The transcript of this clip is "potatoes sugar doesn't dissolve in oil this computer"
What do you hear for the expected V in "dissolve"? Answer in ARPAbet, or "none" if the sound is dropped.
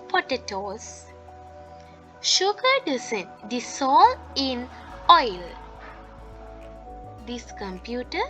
none